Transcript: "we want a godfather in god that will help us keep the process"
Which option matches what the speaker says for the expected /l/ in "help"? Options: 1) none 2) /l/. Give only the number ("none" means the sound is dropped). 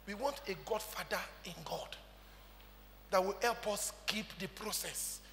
2